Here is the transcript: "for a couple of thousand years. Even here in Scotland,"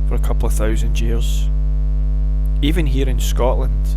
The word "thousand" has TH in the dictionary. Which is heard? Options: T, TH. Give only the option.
TH